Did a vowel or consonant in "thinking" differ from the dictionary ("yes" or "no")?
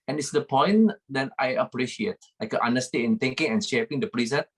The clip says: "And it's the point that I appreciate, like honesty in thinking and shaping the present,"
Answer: yes